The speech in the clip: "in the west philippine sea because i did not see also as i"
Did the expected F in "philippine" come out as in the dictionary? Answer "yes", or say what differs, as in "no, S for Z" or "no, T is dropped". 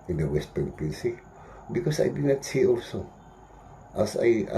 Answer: no, P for F